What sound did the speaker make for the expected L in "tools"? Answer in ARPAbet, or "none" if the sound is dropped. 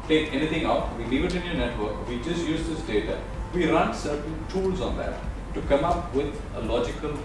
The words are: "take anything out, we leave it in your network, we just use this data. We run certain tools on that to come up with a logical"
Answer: L